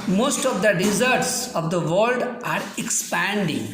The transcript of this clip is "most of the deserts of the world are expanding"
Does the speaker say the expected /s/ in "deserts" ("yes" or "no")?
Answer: yes